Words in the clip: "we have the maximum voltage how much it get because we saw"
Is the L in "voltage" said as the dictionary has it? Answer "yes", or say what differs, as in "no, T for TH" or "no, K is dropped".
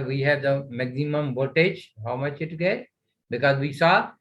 no, L is dropped